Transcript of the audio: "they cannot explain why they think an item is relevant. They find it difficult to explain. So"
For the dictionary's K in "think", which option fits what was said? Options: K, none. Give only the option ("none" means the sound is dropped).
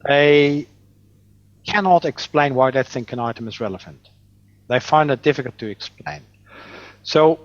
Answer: K